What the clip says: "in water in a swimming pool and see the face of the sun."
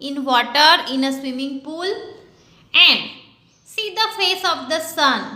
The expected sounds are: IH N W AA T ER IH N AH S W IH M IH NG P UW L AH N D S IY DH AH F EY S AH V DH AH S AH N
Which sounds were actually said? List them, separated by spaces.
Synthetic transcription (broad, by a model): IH N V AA T ER IH N AH S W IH M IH NG P UW L AH N D S IY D AH F EY S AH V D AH S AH N